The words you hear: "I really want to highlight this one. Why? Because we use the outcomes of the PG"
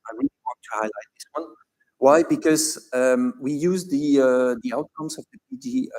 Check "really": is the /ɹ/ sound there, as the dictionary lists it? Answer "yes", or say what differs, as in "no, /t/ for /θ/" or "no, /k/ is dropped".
no, /w/ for /ɹ/